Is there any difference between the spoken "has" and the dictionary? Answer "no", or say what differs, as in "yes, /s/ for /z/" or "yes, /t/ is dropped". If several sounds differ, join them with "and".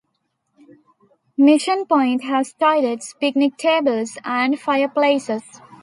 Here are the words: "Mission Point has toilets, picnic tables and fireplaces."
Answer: yes, /s/ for /z/